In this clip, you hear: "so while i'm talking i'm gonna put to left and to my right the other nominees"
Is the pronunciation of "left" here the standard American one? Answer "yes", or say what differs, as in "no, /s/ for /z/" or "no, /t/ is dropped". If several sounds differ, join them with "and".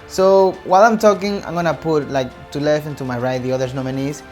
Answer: no, /t/ is dropped